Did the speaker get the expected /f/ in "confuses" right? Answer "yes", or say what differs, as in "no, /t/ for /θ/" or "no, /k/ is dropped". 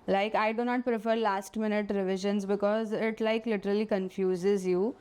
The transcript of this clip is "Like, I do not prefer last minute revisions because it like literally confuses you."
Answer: yes